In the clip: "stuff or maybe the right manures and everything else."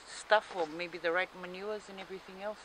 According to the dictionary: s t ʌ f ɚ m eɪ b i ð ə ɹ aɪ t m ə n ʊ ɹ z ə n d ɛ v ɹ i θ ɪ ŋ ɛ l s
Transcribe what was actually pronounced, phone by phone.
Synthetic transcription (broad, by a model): s t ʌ f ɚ m eɪ b i ð ə ɹ aɪ t m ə n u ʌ z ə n ɛ v ɹ i θ ɪ ŋ ɛ l s